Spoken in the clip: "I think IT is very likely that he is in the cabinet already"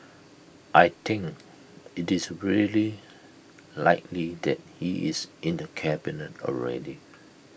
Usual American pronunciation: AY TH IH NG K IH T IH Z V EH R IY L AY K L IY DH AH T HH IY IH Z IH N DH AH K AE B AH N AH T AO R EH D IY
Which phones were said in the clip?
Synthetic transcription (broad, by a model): AY T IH NG K IH T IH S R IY L IY L AY K L IY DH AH T HH IY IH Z IH N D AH K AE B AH N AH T AO R EH D IY